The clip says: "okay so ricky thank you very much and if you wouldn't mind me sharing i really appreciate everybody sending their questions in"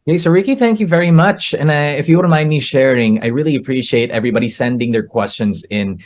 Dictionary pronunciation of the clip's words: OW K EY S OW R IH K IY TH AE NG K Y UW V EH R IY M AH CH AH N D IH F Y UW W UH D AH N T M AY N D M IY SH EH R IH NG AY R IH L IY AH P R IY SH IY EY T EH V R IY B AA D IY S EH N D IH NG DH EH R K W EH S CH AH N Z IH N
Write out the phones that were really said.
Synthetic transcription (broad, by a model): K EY S OW R IH K IY TH AE NG K Y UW V EH R IY M AH CH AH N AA IH F Y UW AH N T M AY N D M IY SH EH R IH NG AY R IH L IY AH P R IY SH IY EY T EH V R IY B AA D IY S EH N D IH NG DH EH R K W EH S CH AH N Z IH N